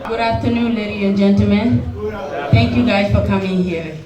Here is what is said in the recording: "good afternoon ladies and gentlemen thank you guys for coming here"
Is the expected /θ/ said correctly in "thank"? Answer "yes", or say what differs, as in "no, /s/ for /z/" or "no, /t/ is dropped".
no, /t/ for /θ/